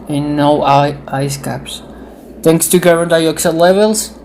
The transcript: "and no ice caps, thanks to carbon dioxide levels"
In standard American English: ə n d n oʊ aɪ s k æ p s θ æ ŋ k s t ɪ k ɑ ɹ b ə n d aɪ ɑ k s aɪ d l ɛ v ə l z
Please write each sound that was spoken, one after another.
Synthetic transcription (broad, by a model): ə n n oʊ aɪ s k æ p s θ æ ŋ k s t ɪ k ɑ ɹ ə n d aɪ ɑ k s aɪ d l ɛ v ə l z